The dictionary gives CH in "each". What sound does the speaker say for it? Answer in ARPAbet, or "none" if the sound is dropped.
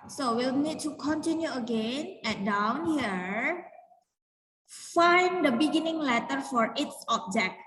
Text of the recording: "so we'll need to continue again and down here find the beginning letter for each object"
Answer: S